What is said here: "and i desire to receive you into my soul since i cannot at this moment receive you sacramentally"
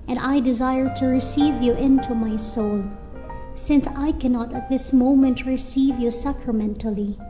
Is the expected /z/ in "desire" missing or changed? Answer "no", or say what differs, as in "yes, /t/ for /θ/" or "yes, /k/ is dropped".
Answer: no